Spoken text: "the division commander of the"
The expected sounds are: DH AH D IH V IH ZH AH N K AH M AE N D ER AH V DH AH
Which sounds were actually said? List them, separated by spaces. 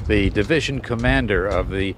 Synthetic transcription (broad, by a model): DH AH D IH V IH ZH AH N K AH M AE N D ER AH V DH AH